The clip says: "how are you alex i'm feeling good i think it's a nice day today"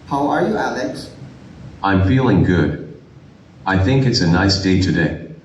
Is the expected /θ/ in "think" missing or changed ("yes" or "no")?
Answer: no